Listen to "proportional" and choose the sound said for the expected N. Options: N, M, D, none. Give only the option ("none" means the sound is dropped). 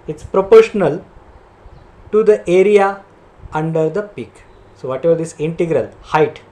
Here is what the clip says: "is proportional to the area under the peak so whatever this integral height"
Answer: N